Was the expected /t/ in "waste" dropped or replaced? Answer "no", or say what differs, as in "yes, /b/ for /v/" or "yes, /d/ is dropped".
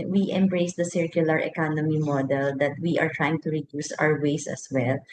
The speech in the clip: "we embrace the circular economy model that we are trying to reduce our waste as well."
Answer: yes, /t/ is dropped